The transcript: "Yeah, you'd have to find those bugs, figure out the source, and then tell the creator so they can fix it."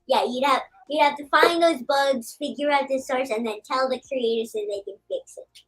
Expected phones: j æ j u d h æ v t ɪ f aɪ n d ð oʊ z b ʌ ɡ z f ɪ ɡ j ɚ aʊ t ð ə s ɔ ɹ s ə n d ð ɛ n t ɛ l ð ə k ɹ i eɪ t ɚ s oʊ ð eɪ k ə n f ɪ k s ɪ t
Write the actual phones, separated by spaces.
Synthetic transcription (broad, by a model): j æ j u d h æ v t ɪ f aɪ n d ð oʊ z b ʌ ɡ z f ɪ ɡ j ɚ aʊ t ð ə s ɔ ɹ s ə n ð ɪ n t ɛ l ð ə k ɹ i eɪ t ɚ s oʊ ð eɪ k ə n f ɪ k s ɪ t